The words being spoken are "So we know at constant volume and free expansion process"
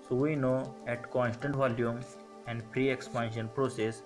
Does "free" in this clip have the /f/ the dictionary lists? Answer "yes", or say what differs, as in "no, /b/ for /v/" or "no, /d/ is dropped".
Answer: no, /p/ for /f/